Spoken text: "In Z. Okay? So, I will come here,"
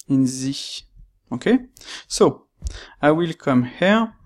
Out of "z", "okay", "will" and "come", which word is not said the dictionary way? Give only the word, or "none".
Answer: none